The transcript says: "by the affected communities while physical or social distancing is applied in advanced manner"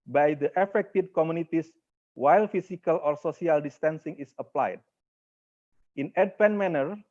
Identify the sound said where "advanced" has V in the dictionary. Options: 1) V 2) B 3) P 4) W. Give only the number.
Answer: 3